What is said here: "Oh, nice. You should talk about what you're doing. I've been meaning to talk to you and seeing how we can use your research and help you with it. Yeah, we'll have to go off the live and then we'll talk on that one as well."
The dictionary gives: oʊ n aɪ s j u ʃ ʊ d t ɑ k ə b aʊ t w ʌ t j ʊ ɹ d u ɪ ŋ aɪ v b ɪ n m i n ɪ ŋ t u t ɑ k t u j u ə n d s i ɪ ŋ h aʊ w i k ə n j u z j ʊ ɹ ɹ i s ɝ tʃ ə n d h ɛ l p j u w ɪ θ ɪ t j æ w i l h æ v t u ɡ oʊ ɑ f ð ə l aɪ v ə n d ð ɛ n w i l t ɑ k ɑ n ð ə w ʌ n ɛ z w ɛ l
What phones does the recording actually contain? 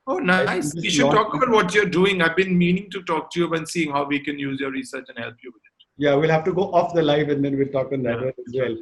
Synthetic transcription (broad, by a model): oʊ n aɪ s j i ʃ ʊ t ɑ k ə b aʊ t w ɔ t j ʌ ɹ d u ɪ ŋ aɪ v b ɪ n m i n ɪ ŋ t u t ɑ k t u j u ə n s i ɪ ŋ h aʊ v i k ə n j u z j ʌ ɹ ɹ i s ɝ tʃ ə n h ɛ l p j u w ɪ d ɪ t j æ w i l h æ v t u ɡ oʊ ɑ f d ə l aɪ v ə n d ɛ n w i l t ɑ k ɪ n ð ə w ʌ ɛ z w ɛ l